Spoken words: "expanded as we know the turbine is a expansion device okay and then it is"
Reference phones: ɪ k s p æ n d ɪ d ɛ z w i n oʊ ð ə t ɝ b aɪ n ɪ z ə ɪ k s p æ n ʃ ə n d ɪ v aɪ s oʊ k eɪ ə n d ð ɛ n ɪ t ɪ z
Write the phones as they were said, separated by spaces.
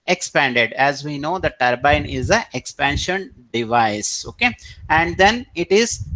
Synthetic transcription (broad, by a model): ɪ k s p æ n d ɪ d ɛ z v i n oʊ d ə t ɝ b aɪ n ɪ z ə ɪ k s p æ n ʃ ə n d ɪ v aɪ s oʊ k eɪ ə n d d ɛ n ɪ t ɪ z